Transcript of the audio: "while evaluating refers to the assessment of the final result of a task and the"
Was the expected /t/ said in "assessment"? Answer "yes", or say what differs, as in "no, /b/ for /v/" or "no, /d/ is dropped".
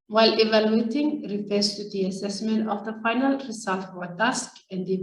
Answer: yes